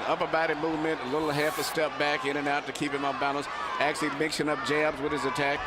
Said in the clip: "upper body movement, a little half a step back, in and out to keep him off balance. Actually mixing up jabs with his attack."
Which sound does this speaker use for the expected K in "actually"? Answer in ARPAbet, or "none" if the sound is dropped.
K